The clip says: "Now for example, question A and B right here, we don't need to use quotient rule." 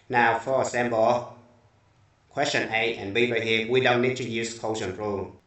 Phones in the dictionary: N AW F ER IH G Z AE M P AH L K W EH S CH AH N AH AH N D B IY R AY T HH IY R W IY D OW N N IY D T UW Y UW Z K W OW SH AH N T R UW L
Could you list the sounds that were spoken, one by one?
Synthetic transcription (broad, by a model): N AW F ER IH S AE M B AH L K W EH S CH AH N AH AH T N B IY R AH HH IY W IY D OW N N IY D T UW Y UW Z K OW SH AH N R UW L